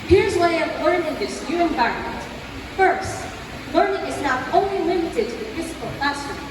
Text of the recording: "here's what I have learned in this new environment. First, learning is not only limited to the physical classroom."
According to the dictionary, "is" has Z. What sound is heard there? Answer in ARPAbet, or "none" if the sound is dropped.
Z